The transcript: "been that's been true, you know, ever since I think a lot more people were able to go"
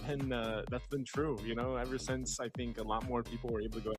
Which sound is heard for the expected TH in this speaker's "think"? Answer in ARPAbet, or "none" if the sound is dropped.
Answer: TH